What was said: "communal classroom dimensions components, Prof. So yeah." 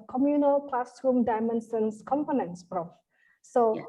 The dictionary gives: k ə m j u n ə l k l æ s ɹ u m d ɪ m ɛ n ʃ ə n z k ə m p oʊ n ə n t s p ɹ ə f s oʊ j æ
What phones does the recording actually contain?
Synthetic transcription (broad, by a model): k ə m j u n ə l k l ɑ s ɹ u m d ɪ m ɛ n s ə n s k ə m p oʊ n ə n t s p ɹ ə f s oʊ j